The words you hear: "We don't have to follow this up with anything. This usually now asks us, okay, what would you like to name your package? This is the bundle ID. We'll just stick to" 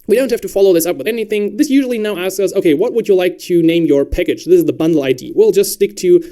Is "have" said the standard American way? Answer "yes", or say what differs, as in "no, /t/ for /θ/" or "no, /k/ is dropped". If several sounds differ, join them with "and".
no, /f/ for /v/